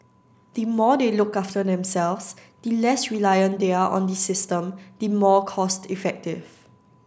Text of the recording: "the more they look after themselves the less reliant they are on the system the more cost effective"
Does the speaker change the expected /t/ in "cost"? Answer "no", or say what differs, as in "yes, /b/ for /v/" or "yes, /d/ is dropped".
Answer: no